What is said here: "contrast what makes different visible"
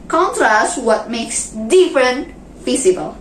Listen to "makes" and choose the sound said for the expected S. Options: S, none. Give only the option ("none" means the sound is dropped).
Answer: S